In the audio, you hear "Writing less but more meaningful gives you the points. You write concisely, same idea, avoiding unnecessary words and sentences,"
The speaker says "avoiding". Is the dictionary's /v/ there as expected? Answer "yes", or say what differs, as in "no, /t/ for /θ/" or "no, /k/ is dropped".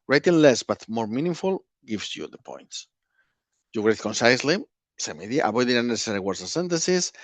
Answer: no, /b/ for /v/